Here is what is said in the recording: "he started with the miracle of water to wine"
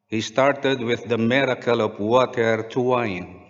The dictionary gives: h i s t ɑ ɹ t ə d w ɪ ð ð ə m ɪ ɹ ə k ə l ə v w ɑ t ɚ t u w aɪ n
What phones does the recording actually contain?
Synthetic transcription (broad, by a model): h i s t ɑ ɹ t ə d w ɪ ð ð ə m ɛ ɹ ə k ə l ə p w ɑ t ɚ t u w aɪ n